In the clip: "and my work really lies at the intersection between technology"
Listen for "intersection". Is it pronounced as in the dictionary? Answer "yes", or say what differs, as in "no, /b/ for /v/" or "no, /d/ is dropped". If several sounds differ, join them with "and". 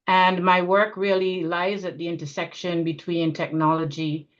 yes